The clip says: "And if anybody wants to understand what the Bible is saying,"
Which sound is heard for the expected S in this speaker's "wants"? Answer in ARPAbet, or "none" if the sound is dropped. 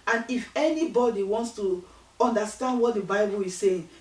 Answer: S